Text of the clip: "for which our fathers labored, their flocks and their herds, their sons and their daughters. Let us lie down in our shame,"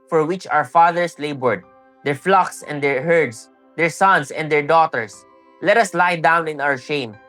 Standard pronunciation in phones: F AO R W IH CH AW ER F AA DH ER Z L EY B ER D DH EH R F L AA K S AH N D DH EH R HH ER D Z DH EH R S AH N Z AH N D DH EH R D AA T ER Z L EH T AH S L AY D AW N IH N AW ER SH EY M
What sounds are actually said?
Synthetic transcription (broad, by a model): F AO R W IH CH AW ER F AA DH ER S L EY B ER D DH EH R F L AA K S AH N D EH R HH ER D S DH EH R S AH N S AH N D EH R D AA T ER S L EH T AH S L AY D AW N IH N AW ER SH EY M